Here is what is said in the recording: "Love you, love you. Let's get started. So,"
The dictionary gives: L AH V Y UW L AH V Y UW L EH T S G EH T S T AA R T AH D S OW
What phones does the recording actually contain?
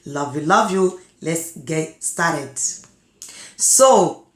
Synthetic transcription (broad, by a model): L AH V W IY L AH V Y UW L EH T S G EH T S T AA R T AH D S OW